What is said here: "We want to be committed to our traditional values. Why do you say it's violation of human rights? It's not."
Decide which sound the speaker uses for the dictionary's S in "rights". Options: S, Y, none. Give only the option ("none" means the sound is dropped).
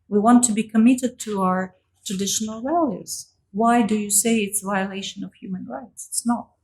S